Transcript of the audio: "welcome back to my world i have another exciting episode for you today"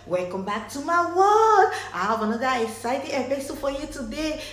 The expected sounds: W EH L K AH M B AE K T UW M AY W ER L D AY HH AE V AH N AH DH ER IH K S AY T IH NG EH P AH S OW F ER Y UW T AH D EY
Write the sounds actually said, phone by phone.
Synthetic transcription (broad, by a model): W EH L K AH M B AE K T UW M AY W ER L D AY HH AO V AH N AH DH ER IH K S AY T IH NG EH B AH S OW F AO Y UW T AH D EY